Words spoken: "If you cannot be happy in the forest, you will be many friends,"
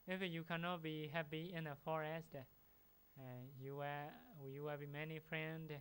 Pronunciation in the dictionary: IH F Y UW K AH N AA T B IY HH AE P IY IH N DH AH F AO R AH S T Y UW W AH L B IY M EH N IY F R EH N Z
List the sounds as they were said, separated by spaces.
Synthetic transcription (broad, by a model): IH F Y UW K AH N AA T B IY HH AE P IY IH N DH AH F AO R AH S T Y UW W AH W B IY M EH N IY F R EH N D